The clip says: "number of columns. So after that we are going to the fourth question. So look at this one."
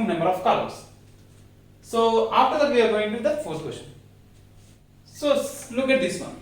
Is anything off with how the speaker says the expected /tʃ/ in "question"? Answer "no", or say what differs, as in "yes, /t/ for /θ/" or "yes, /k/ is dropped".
yes, /ʃ/ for /tʃ/